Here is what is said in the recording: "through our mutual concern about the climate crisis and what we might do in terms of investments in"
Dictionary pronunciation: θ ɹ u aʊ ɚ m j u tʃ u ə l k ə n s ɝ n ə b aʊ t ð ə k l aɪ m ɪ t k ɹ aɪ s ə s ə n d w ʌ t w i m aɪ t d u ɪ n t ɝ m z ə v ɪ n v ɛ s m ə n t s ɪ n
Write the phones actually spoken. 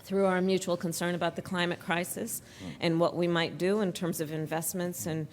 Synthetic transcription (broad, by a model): θ ɹ u aʊ ɚ m j u tʃ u l k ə n s ɝ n ə b aʊ t ð ə k l aɪ m ɪ t k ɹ aɪ s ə s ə n w ʌ t w i m aɪ t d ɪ ɪ n t ɝ m z ə v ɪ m v ɛ s m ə n t s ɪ n